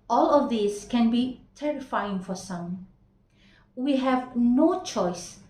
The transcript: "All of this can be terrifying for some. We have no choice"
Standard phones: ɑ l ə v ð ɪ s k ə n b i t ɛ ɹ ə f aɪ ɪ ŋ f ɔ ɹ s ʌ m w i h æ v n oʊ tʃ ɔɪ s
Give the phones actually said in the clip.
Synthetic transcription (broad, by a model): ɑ l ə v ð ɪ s k ə n b i t ɛ ɹ ə f aɪ ɪ ŋ f ɔ ɹ s ʌ m w i h æ v n oʊ tʃ ɔɪ s